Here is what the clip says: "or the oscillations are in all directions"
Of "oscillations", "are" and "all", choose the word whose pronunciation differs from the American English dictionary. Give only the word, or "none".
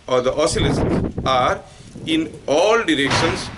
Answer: oscillations